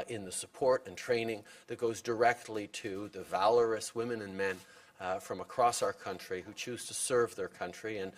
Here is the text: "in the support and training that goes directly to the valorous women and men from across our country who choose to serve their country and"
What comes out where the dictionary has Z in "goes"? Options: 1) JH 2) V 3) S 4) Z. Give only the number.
4